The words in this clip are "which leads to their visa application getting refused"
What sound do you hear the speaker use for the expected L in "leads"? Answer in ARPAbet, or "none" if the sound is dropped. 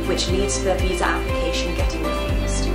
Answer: L